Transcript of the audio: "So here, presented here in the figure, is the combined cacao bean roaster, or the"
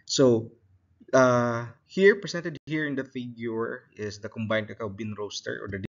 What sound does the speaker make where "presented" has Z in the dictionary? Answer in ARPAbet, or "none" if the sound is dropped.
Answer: S